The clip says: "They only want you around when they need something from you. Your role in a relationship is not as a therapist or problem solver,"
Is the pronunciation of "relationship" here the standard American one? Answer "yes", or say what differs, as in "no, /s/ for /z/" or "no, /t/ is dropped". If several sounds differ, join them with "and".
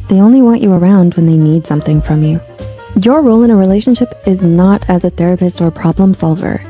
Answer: yes